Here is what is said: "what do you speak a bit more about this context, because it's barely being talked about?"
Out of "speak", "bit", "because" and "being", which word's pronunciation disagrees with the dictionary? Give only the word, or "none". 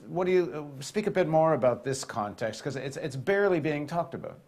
because